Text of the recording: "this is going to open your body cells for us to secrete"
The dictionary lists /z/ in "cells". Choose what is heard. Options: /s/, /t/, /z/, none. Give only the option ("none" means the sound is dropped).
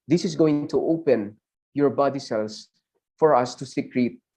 /s/